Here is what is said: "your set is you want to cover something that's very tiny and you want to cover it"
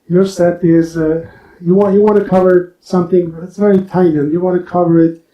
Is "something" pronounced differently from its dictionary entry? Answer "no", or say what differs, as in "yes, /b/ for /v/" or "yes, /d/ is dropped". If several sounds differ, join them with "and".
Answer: no